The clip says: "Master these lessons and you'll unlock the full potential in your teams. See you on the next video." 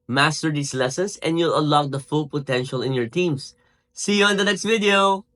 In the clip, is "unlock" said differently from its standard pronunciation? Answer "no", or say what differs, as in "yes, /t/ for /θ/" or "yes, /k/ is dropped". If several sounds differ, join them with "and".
yes, /n/ is dropped